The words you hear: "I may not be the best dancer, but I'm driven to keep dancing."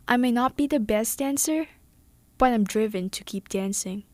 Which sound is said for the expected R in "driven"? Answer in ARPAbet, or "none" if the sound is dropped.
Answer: R